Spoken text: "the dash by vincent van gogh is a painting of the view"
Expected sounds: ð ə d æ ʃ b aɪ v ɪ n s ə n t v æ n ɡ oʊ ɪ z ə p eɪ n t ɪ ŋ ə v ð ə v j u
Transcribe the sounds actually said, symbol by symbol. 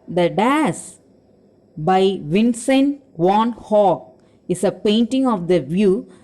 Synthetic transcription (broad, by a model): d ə d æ s b aɪ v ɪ n s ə n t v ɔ n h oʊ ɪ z ə p eɪ n t ɪ ŋ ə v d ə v j u